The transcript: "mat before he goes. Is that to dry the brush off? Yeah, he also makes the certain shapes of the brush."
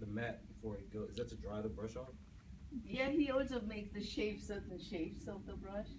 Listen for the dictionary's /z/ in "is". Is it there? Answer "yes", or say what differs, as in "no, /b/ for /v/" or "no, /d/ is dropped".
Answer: yes